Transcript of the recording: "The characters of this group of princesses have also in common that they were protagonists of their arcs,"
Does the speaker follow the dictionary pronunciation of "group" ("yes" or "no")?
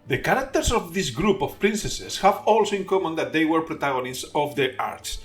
yes